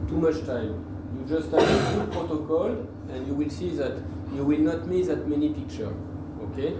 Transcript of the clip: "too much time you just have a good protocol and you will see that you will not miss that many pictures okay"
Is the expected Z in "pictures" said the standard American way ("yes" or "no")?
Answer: no